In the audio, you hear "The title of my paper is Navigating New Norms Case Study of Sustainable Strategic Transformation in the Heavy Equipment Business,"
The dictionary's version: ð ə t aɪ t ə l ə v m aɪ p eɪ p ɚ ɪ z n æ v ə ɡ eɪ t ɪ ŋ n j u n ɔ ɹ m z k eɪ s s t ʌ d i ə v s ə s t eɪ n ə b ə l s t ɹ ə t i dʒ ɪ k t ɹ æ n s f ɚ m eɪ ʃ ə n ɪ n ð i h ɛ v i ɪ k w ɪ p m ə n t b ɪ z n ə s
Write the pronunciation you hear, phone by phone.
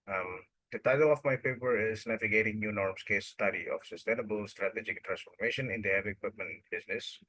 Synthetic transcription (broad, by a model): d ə t aɪ t ə l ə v m aɪ p eɪ p ɚ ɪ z n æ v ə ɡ eɪ t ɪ ŋ n j u n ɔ ɹ m s k eɪ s s t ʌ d i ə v s ə s t eɪ n ə b ə l s t ɹ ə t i dʒ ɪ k t ɹ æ n s f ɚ m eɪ ʃ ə n ɪ n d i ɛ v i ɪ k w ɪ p m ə n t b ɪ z n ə s